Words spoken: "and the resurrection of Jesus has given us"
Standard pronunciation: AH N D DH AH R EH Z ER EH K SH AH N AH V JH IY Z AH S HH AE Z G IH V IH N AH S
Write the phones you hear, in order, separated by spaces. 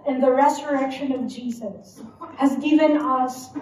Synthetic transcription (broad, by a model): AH N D DH AH R EH Z ER EH K SH AH N AH V JH IY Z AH S HH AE Z G IH V IH N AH S